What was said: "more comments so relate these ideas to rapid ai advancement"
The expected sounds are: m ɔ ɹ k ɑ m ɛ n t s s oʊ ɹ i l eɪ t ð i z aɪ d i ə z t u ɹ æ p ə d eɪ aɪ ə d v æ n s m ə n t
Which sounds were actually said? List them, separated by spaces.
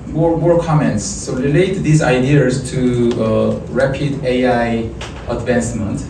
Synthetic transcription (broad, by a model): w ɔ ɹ k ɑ m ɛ n t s s oʊ ɹ i l eɪ t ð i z aɪ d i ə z t u ɹ æ p ə d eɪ aɪ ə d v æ n s m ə n t